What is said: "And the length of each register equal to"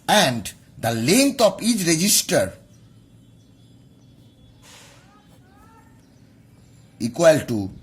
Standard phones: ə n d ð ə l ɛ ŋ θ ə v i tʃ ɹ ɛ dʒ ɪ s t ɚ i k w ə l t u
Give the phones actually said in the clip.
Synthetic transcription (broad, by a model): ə n d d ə l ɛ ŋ t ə p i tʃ ɹ ɛ dʒ ɪ s t ɚ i k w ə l t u